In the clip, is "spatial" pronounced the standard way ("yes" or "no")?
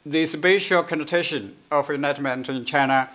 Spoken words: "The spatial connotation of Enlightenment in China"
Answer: no